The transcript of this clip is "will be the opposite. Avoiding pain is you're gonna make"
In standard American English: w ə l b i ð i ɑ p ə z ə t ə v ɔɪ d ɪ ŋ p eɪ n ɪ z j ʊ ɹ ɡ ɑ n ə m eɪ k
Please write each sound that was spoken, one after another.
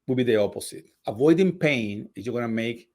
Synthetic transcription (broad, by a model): w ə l b i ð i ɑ p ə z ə t ə v ɔɪ d ɪ ŋ p eɪ n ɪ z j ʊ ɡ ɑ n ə m eɪ k